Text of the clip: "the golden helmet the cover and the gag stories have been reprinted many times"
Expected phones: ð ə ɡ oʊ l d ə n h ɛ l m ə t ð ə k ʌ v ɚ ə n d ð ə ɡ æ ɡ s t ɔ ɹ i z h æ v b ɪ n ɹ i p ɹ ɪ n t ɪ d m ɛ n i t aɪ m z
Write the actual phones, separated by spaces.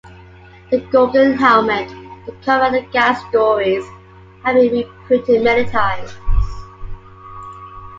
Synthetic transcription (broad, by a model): ð ə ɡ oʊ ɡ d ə n h ɛ l m ə t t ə k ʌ v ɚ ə ð ə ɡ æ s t ɔ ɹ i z h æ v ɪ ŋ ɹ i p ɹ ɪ t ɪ m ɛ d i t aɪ z